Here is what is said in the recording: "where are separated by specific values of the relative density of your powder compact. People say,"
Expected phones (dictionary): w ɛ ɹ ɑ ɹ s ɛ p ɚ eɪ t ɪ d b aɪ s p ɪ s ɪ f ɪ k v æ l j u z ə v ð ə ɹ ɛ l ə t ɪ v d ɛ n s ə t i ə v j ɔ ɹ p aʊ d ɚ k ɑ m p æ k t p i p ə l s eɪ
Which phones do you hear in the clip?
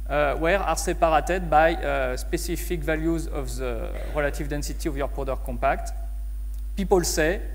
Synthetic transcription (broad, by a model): w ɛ ɹ ɑ ɹ s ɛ p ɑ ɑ t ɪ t b aɪ s p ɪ s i f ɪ k v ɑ l j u z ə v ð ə ɹ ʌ l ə t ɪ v d ɛ n s ə t i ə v j ɔ ɹ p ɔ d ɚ k ɑ p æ k t p i p ə l s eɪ